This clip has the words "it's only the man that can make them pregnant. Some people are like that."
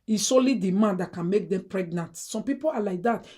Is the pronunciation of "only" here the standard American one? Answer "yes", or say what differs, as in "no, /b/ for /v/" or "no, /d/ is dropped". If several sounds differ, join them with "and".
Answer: no, /n/ is dropped